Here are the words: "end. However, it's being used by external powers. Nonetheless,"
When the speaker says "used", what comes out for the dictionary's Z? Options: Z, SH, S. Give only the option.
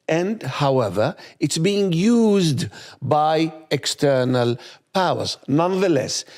Z